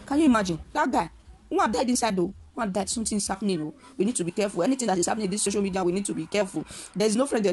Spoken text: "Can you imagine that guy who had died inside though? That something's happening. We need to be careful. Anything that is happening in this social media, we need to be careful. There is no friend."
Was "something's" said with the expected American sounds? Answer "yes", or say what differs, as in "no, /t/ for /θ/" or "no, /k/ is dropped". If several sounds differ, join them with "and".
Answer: no, /t/ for /θ/